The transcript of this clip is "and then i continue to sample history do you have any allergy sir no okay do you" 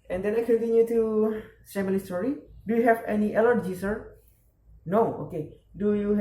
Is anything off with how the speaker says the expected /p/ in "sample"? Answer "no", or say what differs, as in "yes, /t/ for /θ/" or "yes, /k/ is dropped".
yes, /p/ is dropped